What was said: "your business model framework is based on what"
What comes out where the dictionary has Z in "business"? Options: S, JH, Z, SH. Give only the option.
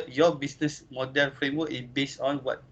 S